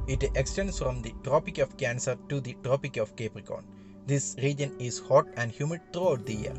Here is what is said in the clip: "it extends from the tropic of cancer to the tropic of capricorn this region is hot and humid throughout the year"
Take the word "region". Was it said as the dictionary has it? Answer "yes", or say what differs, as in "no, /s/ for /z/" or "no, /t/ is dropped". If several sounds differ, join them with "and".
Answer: yes